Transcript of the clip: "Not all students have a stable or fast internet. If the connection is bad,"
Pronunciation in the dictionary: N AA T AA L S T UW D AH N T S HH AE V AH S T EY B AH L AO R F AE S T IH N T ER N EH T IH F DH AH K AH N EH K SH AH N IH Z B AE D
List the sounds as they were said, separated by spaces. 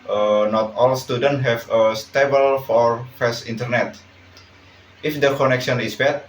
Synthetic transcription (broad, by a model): N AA T AA L S T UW D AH N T HH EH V AH S T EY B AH L AO R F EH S IH N T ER N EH T IH F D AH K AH N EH K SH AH N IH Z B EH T